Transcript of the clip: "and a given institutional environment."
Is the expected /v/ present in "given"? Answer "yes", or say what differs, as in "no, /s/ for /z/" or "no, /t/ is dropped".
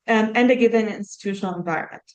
yes